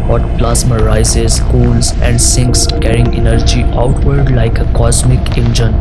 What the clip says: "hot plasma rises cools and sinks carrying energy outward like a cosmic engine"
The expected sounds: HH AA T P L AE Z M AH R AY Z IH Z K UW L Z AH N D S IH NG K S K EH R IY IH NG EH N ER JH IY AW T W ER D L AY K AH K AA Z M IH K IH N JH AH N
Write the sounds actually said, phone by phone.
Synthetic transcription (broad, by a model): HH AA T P L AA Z M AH R AY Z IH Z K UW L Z AH N D S IH NG K S K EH R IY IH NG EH N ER JH IY AW T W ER D L AY K AH K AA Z M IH K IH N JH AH N